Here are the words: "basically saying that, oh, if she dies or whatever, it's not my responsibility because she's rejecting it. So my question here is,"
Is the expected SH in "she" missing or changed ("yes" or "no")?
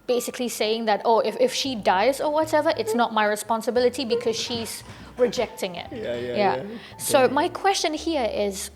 no